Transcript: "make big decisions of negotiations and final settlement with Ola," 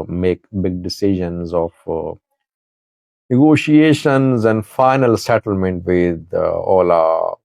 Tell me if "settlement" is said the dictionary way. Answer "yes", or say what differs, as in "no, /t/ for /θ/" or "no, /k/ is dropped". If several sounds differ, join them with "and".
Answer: yes